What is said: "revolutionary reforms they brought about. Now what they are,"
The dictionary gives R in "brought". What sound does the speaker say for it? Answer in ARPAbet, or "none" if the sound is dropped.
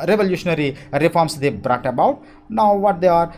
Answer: R